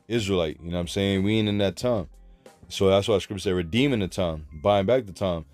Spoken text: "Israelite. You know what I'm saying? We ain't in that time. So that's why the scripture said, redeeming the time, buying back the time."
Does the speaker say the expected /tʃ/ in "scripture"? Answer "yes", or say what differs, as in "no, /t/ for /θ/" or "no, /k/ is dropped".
no, /s/ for /tʃ/